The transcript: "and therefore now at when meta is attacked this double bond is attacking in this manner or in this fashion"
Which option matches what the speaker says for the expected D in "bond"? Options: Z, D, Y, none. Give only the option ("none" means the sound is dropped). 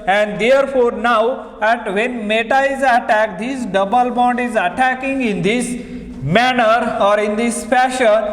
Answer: D